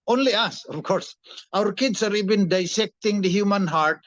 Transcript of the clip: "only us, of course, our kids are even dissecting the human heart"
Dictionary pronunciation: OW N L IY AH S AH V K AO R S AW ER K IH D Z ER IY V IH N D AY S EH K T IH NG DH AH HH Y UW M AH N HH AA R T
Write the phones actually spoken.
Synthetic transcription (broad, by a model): OW N L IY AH S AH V K AO R S AW ER K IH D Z ER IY B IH N D AY S EH K T IH NG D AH HH Y UW M AH N HH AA R T